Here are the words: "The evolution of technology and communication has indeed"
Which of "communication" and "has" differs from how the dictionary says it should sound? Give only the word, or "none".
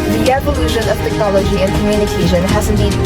none